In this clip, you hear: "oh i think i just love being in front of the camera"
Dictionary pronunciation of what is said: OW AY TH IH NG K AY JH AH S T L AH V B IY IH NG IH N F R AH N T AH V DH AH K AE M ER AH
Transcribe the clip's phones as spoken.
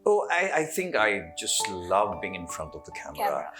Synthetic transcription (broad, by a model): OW AY TH IH NG K AY JH AH S T L AH V B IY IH NG IH N F R AH N T AH V DH AH K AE M ER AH